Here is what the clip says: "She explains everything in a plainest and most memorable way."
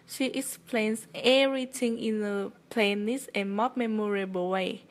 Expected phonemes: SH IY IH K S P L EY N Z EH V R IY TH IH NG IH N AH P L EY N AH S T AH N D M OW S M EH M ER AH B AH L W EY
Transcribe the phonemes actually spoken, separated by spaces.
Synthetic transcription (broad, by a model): SH IY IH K S P L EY N S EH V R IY T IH NG IH N AH P L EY N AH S AH N M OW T M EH M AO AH B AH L W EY